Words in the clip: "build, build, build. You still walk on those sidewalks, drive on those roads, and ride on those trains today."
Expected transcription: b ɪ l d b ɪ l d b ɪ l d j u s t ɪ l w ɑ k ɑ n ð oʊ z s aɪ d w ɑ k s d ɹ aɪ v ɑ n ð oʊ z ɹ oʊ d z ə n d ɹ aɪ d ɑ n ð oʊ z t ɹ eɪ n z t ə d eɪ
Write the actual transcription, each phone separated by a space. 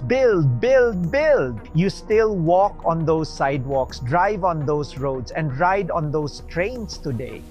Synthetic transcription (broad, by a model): b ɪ l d b ɪ l d b ɪ l d j u s t ɪ l w ɑ k ɑ n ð oʊ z s aɪ d w ɑ k s d ɹ aɪ v ɑ n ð oʊ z ɹ oʊ d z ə n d ɹ aɪ d ɑ n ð oʊ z t ɹ eɪ n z t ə d eɪ